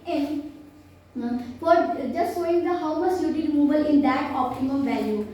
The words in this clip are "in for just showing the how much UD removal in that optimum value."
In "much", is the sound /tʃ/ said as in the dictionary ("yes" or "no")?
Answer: no